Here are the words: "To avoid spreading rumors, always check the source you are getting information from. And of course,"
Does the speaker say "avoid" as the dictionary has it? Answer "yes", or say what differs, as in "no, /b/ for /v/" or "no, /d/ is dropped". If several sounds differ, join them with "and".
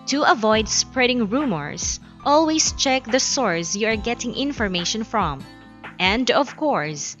yes